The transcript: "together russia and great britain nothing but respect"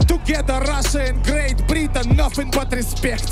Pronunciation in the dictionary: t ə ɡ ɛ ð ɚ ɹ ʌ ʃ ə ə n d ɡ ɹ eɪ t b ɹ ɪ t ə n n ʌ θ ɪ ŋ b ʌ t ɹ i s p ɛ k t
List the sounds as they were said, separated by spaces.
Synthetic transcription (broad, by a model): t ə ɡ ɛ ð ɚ ɹ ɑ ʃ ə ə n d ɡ ɹ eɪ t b ɹ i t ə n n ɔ f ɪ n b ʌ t ɹ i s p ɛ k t